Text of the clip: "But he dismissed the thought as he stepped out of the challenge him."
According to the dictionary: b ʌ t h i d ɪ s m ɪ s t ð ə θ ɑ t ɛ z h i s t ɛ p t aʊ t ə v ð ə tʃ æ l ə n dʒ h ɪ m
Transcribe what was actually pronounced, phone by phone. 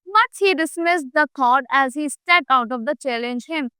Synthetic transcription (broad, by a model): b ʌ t h i d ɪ s m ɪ s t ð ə t ɑ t ɛ z h i s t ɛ t aʊ t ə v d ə tʃ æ l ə n dʒ h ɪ m